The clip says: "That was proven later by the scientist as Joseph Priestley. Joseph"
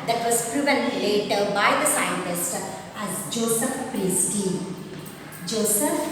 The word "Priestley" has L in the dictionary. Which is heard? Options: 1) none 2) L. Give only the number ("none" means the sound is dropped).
1